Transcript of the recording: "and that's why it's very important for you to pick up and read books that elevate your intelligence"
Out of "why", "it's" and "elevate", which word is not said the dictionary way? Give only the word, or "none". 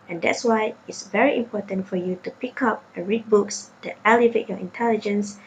none